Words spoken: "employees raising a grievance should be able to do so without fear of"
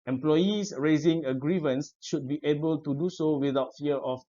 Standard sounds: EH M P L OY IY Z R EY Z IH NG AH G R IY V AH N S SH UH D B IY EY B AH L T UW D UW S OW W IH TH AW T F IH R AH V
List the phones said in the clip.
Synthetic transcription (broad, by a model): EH M P L OY IY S R EY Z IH NG AH G R IY V AH N S SH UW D B IY EY B AH L T UW D UW S OW W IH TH AW T F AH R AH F